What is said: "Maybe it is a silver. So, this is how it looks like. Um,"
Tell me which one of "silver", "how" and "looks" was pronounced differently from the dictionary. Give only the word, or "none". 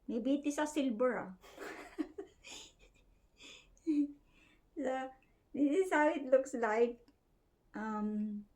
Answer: silver